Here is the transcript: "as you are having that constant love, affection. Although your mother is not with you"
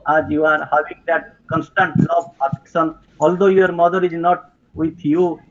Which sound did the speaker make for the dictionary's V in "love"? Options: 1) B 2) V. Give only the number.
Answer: 1